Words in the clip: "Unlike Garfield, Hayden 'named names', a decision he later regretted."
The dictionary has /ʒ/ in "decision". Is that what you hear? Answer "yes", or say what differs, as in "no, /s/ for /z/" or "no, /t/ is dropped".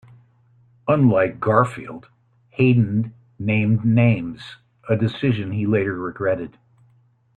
yes